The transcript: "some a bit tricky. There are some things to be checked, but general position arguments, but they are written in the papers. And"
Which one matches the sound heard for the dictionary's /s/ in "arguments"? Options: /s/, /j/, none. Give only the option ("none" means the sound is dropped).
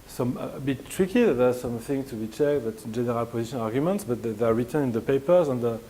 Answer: /s/